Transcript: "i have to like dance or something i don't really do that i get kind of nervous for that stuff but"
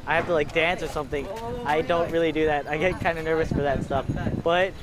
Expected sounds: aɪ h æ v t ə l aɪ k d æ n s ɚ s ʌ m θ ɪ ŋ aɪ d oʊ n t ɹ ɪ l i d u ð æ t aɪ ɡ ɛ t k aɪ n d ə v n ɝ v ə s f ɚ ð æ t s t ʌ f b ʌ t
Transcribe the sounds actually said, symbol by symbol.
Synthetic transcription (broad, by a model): aɪ h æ f t ə l aɪ k d æ n s ɚ s ʌ m θ ɪ ŋ aɪ d oʊ n t ɹ ɪ l i d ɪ ð æ t aɪ ɡ ɛ t k aɪ n d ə n ɝ v ə s f ɚ ð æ t s t ʌ f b ʌ t